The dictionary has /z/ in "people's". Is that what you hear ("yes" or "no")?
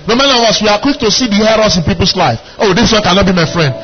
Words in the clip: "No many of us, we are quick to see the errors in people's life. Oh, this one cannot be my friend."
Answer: no